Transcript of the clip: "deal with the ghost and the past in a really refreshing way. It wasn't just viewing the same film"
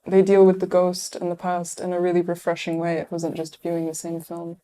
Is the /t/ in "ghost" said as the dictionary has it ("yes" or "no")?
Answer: yes